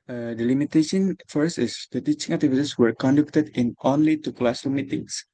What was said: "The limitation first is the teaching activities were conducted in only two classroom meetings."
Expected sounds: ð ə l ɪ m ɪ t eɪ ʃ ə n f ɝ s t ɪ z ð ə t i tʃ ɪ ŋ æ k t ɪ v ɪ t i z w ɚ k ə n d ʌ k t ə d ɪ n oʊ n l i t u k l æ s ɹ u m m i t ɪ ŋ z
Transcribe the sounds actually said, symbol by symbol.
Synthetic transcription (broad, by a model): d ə l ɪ m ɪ t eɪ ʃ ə n f ɝ s t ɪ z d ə t i tʃ ɪ ŋ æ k t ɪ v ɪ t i s w ɚ k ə n d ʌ k t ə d ɪ n oʊ n l i t u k l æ s u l m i t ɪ ŋ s